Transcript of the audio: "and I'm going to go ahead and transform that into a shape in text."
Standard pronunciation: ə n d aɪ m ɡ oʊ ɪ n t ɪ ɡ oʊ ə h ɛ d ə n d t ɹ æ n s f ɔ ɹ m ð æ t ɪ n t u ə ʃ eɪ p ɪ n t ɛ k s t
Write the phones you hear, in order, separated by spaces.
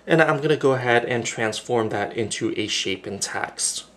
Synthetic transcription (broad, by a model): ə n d aɪ m ɡ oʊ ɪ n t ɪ ɡ oʊ ə h ɛ d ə n t ɹ æ n s f ɔ ɹ m ð æ t ɪ n t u ə ʃ eɪ p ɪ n t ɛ k s t